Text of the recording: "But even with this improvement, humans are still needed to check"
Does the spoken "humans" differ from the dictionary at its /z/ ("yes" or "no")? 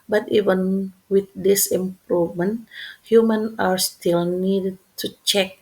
yes